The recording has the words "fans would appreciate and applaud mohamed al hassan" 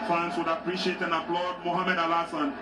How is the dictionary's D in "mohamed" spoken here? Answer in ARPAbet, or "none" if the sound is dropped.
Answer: D